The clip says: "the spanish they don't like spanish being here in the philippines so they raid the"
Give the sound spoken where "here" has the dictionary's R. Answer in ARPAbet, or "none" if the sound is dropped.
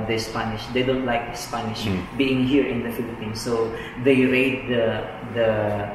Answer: R